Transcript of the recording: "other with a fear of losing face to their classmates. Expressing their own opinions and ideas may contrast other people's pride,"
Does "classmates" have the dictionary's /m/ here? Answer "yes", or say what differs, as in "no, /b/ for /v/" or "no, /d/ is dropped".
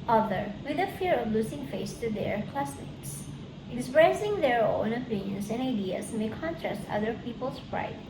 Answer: no, /m/ is dropped